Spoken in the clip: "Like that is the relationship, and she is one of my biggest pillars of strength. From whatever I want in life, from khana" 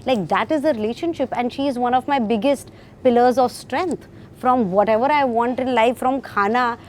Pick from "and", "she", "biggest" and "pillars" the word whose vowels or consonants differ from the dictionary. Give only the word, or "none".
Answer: none